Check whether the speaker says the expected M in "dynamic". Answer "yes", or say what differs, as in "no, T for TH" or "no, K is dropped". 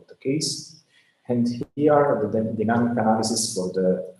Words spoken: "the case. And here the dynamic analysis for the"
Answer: no, M is dropped